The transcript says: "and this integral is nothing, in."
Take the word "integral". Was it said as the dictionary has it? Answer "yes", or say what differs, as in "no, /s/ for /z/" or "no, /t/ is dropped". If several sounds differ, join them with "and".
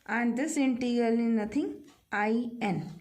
no, /ɹ/ is dropped